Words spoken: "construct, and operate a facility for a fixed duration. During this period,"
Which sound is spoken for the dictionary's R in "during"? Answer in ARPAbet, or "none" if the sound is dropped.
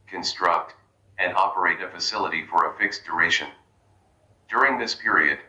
R